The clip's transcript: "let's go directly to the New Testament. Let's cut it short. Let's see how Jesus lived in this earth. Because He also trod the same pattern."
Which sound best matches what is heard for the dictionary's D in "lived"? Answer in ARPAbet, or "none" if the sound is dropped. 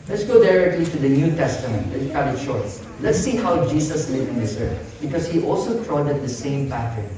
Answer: none